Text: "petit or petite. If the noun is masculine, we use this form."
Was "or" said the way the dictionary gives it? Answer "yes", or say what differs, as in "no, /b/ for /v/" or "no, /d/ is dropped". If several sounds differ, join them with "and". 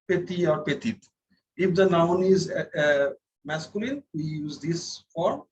yes